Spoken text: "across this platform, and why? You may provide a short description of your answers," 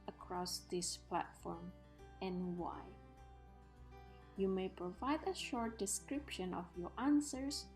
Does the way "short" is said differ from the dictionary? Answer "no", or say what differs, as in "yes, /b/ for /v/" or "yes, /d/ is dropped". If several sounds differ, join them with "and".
no